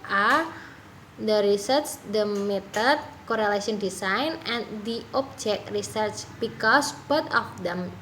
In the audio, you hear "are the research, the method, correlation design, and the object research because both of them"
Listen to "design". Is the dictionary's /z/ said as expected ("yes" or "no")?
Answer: no